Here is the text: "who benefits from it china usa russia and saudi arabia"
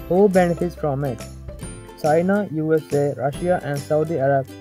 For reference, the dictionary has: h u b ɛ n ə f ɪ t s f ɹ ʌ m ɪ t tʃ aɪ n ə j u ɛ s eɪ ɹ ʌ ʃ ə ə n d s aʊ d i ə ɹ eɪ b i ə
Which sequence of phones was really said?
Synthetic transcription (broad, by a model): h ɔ b ɛ n ə f ɪ t s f ɹ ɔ m ɪ t tʃ aɪ n ə j u ɛ s eɪ ɹ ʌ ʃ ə ə n d s aʊ d i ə ɹ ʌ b